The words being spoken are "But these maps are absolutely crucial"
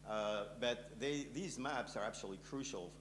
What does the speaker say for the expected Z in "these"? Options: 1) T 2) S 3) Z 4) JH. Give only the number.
3